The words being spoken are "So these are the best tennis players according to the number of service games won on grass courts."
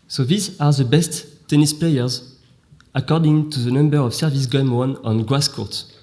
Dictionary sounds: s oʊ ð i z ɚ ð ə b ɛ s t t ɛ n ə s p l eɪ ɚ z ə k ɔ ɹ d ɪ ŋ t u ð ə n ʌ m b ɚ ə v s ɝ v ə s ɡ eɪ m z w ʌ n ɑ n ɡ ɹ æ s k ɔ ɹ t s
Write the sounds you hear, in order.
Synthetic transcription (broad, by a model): s oʊ ð i z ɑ ð ə b ɛ s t t ɛ n ə s p l eɪ ɚ z ə k ɔ ɹ d ɪ ŋ t u ð ə n ʌ m b ɚ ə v s ɝ v ə s ɡ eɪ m w ʌ n ɑ n ɡ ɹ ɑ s k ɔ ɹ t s